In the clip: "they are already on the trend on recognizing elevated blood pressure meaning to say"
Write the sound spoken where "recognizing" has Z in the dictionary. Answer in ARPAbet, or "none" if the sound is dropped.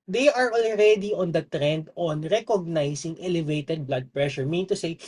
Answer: S